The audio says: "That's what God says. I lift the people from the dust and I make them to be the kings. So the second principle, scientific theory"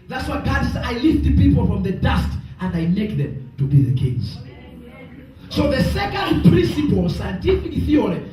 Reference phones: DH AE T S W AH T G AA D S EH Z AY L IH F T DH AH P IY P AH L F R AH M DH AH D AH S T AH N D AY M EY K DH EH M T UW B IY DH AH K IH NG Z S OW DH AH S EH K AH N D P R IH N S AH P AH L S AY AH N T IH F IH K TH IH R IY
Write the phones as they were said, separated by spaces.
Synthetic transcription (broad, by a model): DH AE T S W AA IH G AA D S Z AY L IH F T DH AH P IY P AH L F R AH M DH AH D AH S T AH N D AY M EY K DH EH M T UW B IY DH AH K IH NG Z S OW DH AH S EH K AH N D P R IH N S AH P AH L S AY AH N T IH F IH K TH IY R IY